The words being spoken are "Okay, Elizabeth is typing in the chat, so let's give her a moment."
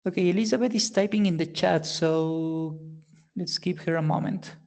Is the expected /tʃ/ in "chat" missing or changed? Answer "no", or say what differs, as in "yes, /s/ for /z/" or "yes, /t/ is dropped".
no